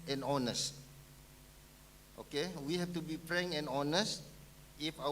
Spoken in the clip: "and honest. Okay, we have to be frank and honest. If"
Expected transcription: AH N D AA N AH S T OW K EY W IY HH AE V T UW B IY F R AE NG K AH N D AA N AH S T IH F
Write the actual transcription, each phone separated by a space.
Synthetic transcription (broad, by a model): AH N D AA N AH S T OW K EY W IY HH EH F T UW B IY P R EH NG AH N AA N AH S T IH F